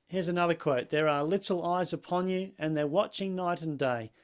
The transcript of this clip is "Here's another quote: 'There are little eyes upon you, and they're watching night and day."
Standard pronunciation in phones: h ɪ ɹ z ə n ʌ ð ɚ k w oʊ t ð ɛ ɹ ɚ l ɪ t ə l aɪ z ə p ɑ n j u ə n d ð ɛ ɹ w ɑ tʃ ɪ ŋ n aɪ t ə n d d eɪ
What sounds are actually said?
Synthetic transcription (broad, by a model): h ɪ ɹ z ə n ʌ ð ɚ k w oʊ t ð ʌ ɹ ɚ l ɪ t l aɪ z ə p ɑ n j u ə n ð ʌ ɹ w ɑ tʃ ɪ ŋ n aɪ t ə n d d eɪ